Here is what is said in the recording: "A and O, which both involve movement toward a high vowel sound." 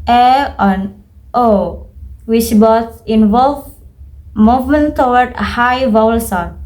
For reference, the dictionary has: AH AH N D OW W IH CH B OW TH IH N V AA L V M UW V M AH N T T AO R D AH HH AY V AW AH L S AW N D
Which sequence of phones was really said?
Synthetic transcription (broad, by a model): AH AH N OW W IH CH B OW S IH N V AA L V M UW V M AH N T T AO W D AH HH AY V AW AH L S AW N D